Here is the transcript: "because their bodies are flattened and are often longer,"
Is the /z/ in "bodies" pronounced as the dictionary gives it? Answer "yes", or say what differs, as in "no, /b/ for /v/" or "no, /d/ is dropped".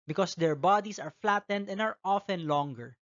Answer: no, /s/ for /z/